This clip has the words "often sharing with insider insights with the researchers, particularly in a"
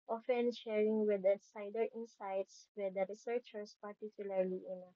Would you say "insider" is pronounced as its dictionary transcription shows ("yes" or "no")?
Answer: no